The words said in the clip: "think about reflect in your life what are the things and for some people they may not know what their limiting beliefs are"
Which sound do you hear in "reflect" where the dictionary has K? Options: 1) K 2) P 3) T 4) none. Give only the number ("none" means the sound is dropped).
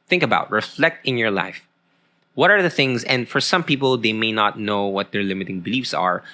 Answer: 1